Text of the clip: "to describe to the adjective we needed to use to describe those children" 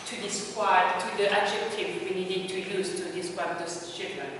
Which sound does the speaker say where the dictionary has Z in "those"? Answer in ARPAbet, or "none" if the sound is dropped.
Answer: S